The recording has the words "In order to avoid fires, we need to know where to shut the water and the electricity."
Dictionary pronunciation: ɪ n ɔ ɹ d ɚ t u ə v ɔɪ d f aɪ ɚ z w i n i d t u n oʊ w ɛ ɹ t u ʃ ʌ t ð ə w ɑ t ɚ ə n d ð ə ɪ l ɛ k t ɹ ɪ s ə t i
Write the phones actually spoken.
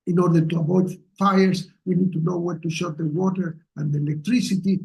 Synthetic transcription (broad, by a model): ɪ n ɔ ɹ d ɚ t u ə b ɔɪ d f aɪ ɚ s w i n i d t u n oʊ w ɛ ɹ t u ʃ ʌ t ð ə w ɑ t ɚ ə n d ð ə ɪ l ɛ k t ɹ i s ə t i